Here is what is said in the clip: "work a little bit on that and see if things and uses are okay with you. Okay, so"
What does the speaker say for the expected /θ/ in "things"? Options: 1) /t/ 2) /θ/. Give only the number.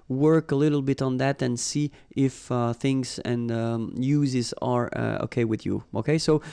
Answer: 2